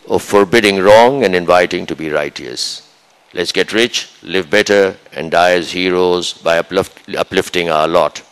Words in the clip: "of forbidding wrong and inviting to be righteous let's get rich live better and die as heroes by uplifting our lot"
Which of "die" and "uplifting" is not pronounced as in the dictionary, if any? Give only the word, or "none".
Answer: none